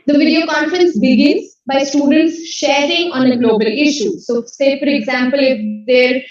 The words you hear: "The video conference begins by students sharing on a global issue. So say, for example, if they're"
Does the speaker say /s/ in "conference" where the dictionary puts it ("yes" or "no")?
yes